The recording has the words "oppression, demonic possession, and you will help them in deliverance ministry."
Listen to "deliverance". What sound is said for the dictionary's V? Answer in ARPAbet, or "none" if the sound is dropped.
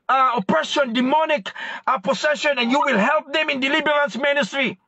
B